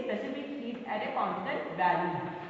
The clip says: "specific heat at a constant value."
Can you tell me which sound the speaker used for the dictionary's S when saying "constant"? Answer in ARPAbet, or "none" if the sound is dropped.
none